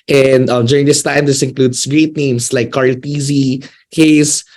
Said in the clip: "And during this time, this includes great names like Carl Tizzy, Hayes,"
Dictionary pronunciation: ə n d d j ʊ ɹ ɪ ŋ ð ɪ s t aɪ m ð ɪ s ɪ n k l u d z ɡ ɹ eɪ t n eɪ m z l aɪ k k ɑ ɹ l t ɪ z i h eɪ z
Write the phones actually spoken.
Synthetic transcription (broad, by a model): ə n d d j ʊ ɹ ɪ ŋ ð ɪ s t aɪ m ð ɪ s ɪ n k l u d s ɡ ɹ eɪ t n eɪ m s l aɪ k k ɑ ɹ l t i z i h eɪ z